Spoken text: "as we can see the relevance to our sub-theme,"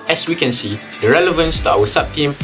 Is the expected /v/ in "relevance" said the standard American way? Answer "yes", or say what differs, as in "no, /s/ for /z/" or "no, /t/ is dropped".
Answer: yes